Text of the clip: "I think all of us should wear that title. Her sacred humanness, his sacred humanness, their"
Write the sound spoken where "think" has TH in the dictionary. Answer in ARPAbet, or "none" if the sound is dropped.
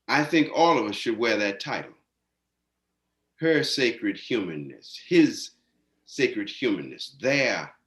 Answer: TH